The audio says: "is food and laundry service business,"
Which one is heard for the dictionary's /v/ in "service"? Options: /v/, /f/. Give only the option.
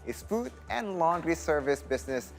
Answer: /v/